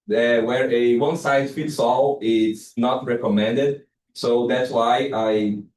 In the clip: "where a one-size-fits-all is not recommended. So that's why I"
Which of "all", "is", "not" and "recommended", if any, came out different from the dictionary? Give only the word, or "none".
is